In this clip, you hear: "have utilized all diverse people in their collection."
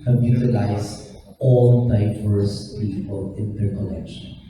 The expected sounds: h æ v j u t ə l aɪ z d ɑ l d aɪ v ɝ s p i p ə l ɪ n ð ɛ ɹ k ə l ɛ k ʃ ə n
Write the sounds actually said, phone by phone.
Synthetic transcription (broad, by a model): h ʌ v j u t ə l aɪ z ɑ l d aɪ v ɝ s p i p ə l ɪ n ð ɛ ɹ k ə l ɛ k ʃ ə n